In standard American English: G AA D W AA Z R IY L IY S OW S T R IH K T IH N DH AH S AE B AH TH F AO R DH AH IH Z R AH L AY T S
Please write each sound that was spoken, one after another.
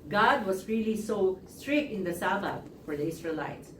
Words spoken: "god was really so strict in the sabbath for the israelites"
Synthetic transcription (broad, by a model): G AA D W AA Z R IY L IY S OW S T R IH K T IH N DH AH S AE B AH T F AO R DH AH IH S R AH L AY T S